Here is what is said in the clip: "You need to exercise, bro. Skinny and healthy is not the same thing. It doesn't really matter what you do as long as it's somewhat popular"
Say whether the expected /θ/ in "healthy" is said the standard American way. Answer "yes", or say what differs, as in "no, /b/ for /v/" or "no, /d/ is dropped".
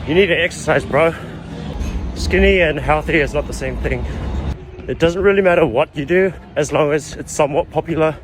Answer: yes